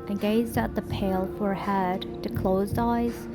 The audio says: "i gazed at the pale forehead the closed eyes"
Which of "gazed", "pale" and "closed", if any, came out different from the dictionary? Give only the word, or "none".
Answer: none